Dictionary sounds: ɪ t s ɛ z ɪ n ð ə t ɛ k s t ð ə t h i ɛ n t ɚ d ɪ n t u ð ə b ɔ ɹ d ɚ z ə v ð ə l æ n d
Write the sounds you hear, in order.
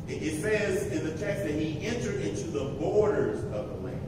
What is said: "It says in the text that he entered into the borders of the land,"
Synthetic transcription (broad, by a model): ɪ t s ɛ z ɪ n ð ə t ɛ k s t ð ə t h i ɛ n t ɚ d ɪ n t u ð ə b ɔ ɹ d ɚ z ə v ð ə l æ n